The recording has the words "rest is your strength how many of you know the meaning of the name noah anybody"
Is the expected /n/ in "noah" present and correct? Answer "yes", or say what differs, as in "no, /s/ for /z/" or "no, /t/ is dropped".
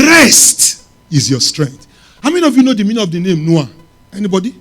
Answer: yes